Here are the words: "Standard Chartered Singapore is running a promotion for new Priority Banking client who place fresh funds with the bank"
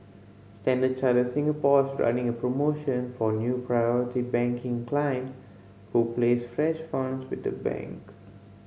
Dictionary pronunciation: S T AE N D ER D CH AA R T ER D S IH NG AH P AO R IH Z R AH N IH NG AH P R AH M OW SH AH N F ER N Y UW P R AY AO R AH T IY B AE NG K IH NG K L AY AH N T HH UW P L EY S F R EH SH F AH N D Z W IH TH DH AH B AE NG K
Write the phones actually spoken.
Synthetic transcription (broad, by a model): S T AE N D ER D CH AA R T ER S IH NG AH P AO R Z R AH N IH NG AH P R AH M OW SH AH N F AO N Y UW P R AY AO R AH T IY B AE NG K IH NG K L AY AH N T HH UW P L EY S F R EH SH F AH N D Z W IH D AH B AE NG K